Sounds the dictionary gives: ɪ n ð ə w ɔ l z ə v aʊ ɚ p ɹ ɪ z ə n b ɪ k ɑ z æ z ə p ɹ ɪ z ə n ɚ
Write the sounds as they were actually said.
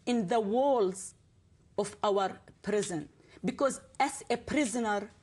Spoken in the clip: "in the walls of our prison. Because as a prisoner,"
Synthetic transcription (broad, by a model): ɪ n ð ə w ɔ l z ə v aʊ ɚ p ɹ ɪ z ə n b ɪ k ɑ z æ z ə p ɹ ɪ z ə n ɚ